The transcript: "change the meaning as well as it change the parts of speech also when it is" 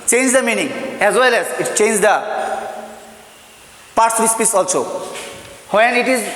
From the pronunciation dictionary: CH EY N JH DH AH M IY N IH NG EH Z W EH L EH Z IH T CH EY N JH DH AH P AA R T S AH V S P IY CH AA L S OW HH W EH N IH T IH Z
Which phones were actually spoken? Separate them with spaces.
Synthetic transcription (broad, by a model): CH EY N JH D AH M IY N IH NG EH Z W EH L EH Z IH T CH EY N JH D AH P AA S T AH S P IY S AA L S OW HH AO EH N IH T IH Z